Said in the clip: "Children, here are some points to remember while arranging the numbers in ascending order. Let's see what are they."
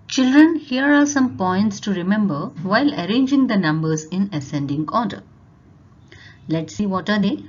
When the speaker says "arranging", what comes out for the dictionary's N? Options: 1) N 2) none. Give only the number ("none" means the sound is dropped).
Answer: 1